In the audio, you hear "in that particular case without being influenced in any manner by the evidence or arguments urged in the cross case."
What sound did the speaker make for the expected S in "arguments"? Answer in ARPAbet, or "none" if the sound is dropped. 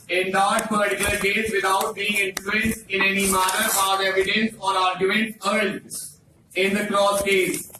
none